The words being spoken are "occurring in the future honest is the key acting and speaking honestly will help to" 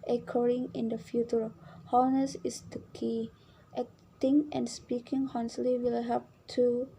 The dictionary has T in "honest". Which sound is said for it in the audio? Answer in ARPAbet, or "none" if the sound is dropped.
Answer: none